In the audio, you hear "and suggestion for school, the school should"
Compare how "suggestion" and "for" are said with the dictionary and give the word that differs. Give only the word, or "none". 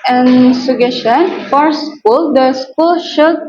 suggestion